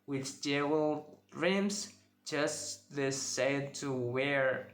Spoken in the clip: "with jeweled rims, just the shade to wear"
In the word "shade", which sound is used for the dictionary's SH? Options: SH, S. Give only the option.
S